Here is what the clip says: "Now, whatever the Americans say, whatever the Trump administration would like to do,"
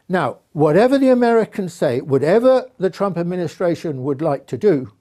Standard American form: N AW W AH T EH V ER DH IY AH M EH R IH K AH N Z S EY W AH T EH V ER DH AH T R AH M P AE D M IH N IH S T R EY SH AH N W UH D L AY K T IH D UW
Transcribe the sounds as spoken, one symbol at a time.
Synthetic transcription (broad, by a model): N AW W AH T EH V ER DH IY AH M EH R IH K AH N Z S EY W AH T EH V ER DH AH T R AH M P AE D M IH N IH S T R EY SH AH N W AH D L AY K T IH D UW